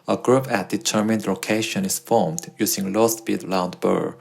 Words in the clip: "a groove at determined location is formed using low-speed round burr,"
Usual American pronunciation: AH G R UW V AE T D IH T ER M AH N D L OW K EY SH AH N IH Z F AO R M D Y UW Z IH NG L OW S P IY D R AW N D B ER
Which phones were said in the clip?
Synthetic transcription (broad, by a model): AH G R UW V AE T D IH T ER M AH N D L OW K EY SH AH N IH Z F AO R M D Y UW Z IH NG L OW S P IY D L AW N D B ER